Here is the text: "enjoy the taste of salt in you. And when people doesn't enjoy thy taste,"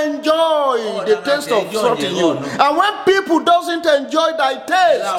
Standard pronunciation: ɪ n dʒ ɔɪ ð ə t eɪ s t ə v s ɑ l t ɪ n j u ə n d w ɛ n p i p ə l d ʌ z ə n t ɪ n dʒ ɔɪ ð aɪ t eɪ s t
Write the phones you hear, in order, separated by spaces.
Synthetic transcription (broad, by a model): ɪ n dʒ ɔɪ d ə t eɪ s t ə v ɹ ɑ t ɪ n j u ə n w ɛ n p i p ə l d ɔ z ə n t ɪ n dʒ ɔɪ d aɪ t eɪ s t